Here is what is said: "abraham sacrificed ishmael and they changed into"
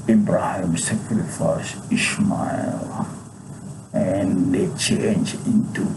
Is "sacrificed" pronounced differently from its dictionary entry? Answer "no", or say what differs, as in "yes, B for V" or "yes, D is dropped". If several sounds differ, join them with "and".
yes, T is dropped